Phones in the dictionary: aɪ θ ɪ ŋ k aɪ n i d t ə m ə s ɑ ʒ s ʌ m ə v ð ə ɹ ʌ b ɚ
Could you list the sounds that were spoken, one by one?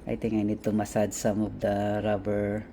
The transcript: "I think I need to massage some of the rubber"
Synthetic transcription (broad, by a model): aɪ t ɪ ŋ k aɪ n i d t ə m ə s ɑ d s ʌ m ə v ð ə ɹ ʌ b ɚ